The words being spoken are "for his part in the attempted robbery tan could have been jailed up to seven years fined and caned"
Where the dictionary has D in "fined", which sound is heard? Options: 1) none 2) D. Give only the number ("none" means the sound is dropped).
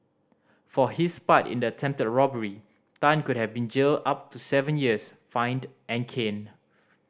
2